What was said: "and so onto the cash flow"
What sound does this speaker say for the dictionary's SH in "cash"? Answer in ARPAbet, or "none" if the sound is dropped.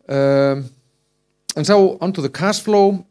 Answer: S